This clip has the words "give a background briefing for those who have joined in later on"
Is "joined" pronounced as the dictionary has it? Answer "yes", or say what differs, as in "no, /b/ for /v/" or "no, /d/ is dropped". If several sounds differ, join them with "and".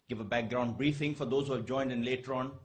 yes